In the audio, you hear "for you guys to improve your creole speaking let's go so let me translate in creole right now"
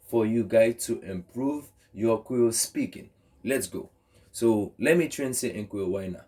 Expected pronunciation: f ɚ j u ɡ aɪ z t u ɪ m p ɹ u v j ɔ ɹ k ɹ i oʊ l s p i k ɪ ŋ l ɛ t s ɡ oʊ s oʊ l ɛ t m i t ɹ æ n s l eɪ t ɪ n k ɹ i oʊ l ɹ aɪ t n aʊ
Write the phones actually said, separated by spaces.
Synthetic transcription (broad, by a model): f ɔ j u ɡ aɪ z t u ɪ m p ɹ u v j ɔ k w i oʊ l s p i k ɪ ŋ l ɛ t s ɡ oʊ s oʊ l ɛ t m i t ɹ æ n s eɪ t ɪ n k w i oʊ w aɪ n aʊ